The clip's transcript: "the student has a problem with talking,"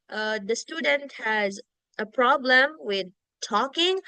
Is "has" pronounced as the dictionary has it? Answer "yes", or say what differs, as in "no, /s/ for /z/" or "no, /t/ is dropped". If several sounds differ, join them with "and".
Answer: yes